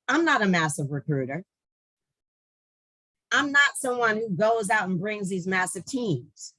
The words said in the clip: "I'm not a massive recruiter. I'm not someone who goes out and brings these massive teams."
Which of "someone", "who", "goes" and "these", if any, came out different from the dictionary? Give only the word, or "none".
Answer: none